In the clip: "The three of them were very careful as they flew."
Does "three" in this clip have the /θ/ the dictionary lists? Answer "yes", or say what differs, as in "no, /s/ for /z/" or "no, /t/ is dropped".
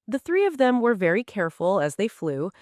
yes